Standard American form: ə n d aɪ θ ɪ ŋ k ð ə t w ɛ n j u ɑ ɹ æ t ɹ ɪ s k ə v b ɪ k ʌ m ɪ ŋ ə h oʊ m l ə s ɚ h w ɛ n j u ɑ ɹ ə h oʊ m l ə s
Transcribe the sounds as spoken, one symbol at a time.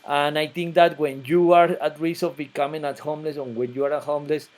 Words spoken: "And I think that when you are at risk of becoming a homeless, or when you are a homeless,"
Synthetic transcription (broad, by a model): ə n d aɪ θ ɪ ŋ k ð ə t w ɛ n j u ɑ ɹ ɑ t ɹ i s ə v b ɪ k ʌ m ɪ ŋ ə h oʊ m l ə s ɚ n w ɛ n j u ɑ ɹ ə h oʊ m l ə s